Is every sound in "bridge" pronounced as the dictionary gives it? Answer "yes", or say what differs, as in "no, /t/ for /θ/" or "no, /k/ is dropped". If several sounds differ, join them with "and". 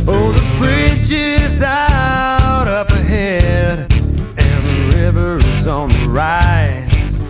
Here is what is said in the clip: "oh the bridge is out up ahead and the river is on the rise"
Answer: no, /tʃ/ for /dʒ/